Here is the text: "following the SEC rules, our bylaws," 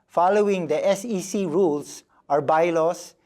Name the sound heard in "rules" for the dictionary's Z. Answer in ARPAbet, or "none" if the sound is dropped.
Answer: S